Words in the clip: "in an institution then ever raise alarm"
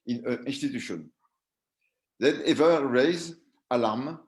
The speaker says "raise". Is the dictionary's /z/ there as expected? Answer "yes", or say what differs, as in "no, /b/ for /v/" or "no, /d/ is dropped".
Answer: yes